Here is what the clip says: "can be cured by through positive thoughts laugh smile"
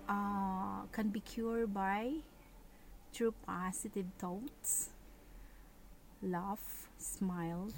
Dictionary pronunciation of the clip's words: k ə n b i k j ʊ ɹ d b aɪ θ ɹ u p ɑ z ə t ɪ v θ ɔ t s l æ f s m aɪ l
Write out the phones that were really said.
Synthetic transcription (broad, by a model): k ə n b i k j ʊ ɹ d b aɪ t ɹ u p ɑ s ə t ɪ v t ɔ t s l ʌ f s m aɪ l